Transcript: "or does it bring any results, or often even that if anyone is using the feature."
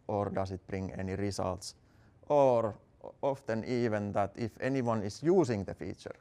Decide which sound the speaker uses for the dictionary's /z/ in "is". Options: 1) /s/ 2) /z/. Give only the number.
1